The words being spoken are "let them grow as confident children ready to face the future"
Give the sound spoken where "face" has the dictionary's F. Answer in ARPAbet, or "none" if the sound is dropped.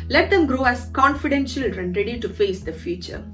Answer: F